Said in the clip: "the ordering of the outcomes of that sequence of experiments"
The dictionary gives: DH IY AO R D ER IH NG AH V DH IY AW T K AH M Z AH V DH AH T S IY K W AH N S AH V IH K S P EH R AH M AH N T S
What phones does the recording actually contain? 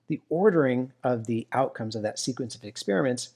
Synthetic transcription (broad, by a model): DH IY AO R D ER IH NG AH V DH IY AW T K AH M Z AH V DH AH T S IY K W AH N S AH V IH K S P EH R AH M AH N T S